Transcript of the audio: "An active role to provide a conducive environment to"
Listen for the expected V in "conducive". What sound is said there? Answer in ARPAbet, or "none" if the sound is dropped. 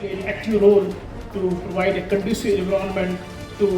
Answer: none